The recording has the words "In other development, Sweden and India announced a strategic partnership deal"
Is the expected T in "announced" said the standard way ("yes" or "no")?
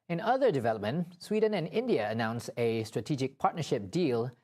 no